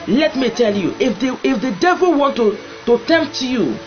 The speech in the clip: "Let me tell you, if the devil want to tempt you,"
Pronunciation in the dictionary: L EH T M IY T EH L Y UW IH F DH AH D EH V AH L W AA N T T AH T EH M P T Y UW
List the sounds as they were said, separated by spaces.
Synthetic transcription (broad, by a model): L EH T M IY T EH L Y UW IH F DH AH D EH V AH L W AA N T T AH T EH M P T Y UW